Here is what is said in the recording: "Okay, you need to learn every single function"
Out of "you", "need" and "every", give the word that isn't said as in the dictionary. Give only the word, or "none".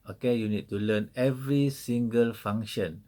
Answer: none